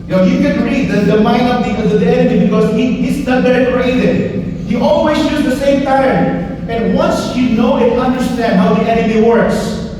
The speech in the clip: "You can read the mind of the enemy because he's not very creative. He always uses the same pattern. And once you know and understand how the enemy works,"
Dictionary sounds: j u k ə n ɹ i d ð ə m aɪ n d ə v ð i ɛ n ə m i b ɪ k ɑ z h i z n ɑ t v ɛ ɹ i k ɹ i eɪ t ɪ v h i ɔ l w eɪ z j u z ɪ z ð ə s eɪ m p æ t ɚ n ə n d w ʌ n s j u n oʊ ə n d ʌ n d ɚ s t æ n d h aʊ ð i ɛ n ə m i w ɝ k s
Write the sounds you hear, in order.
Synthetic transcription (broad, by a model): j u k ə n ɹ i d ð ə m aɪ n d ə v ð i ɛ n ə m i b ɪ k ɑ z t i s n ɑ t b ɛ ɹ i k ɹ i eɪ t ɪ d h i ɔ l w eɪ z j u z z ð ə s eɪ m p æ t ɚ n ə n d w ʌ n s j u n oʊ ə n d ʌ n d ɚ s t æ n d h aʊ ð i ɛ n ə m i w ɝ k s